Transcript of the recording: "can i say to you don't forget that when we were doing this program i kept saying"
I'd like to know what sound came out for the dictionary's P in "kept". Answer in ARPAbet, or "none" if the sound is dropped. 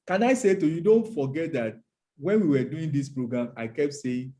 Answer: P